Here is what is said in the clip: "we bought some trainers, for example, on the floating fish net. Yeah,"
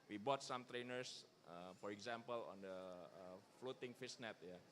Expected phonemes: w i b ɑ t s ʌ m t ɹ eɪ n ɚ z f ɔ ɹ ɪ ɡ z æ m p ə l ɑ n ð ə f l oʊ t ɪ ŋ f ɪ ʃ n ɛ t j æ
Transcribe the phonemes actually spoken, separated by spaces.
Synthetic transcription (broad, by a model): w i b ɑ t s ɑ m t ɹ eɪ n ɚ s f ɔ ɹ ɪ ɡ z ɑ m p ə l ɑ n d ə f l oʊ t ɪ ŋ f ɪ s n ɛ t j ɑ